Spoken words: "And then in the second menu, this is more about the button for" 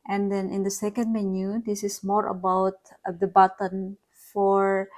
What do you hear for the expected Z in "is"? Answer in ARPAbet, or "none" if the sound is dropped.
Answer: S